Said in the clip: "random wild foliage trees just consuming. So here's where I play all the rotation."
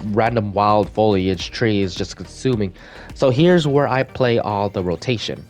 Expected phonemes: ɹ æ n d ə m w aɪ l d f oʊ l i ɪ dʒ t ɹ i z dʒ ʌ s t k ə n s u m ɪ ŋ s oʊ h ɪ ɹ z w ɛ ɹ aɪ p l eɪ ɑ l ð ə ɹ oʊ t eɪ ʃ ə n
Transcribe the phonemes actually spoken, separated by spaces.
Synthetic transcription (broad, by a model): ɹ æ n d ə m w aɪ l d f oʊ l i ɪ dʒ t ɹ i z dʒ ʌ s k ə n s u m ɪ ŋ s oʊ h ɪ ɹ z w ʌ ɹ aɪ p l eɪ ɑ l ð ə ɹ oʊ t eɪ ʃ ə n